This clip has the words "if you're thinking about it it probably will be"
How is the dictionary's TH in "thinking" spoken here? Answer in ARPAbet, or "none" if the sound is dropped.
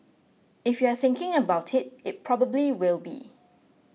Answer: TH